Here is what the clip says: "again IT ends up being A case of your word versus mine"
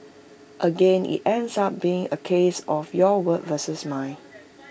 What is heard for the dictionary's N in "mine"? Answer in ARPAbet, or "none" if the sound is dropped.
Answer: none